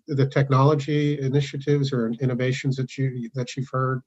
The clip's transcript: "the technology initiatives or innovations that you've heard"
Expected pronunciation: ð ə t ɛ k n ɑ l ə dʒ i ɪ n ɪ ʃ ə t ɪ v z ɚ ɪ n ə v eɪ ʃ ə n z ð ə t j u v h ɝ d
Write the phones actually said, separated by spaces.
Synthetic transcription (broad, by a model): ð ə t ɛ k n ɑ l ə dʒ i ɪ n ɪ ʃ ə t ɪ v z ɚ ɪ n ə v eɪ ʃ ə n z ð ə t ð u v h ɝ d